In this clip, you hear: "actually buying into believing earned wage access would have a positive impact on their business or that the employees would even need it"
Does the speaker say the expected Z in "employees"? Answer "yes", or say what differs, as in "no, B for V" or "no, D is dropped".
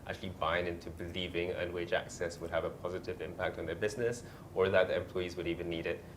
yes